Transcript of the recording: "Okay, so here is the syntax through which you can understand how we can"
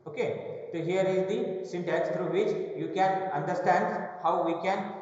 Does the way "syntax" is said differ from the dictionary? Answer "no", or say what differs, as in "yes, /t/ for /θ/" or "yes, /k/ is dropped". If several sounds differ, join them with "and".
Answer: yes, /k/ is dropped